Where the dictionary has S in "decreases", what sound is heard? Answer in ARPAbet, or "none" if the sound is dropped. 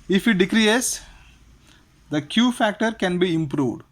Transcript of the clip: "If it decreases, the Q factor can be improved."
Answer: none